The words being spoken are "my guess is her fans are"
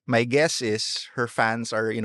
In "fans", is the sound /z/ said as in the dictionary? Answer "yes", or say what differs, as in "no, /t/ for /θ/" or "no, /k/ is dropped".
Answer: no, /s/ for /z/